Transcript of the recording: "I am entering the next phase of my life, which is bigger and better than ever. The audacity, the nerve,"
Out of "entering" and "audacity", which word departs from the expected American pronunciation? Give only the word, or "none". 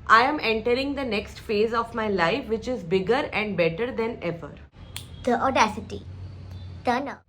none